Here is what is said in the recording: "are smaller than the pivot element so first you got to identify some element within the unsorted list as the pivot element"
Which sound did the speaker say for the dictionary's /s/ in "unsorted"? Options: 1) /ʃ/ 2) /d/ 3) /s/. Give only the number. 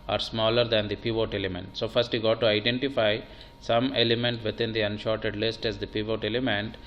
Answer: 1